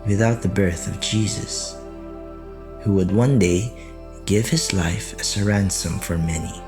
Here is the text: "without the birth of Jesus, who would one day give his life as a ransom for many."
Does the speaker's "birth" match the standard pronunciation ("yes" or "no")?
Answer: yes